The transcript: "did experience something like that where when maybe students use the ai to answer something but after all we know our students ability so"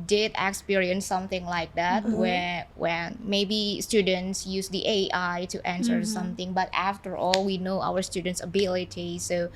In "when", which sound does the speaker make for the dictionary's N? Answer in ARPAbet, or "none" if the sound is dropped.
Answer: L